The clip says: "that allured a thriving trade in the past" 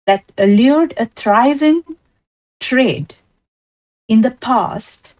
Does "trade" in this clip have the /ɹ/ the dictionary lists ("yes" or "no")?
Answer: yes